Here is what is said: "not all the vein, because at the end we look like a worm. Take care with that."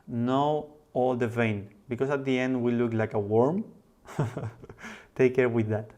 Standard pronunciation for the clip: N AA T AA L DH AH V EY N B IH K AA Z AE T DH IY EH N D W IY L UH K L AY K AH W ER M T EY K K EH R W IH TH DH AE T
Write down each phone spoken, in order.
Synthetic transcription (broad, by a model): N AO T AA L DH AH V EY N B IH K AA S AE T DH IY EH N D W IY L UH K L AY K AH W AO M T EY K K EH R W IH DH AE T